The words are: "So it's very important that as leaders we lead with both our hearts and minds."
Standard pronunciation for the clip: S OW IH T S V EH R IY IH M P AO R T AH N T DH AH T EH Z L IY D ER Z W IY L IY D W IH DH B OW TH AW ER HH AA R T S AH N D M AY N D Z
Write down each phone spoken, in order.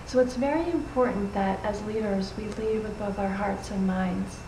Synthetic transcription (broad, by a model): S OW IH T S V EH R IY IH M P AO R T N DH AH T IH Z L IY D ER Z W IY L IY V W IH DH B OW TH AW ER HH AA R T S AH N M AY N D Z